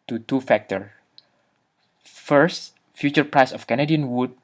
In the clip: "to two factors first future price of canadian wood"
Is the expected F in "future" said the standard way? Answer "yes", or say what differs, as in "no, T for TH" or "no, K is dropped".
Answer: yes